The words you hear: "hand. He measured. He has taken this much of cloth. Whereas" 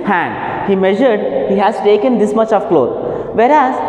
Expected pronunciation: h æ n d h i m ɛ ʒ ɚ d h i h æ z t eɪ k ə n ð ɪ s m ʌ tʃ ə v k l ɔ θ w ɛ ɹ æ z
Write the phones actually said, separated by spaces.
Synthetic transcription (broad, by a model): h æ n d h i m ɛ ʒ ɚ d h i h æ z t eɪ k ə n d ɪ s m ʌ tʃ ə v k l ɔ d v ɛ ɹ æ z